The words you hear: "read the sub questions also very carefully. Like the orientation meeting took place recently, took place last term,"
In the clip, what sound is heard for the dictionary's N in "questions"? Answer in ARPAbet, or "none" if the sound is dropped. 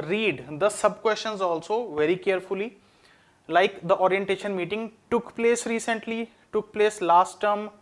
N